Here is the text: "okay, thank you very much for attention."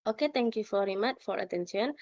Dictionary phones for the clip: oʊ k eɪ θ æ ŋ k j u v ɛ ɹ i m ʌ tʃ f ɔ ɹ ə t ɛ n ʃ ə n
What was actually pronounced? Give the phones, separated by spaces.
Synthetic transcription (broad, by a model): oʊ k eɪ t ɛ ŋ k j u f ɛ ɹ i m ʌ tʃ f ɔ ɹ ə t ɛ n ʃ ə n